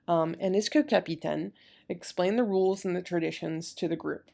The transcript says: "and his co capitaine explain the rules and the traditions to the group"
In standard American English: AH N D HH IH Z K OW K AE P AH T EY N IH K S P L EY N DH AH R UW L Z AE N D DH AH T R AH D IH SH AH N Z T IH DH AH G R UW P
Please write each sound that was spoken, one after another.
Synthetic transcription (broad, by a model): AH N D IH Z K OW K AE P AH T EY N IH K S P L EY N DH AH R UW L Z N DH AH T R AH D IH SH AH N Z T IH DH AH G R UW P